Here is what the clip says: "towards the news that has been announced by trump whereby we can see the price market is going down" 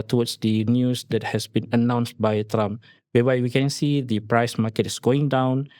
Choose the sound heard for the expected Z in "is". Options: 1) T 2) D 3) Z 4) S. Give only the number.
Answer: 4